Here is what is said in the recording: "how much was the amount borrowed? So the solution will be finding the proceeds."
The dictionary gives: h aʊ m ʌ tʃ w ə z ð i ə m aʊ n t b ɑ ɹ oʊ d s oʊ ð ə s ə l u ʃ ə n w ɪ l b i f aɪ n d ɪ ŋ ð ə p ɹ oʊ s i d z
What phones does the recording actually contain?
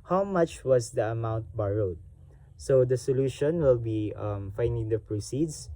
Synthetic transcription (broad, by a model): h aʊ m ʌ tʃ w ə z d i ə m aʊ n t b ɑ ɹ oʊ d s oʊ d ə s ə l u ʃ ə n w ɪ l b i f aɪ n d ɪ ŋ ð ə p ɹ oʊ s i d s